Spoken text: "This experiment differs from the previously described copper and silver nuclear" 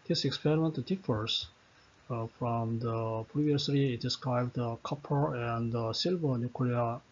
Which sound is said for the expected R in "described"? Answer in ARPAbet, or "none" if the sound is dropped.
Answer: R